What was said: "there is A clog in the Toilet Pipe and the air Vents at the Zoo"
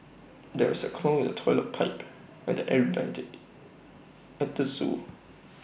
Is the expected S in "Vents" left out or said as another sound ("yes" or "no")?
yes